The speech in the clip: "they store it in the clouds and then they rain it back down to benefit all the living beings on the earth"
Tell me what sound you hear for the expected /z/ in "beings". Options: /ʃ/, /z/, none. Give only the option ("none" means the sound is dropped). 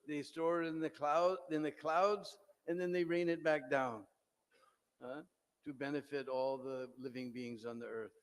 /z/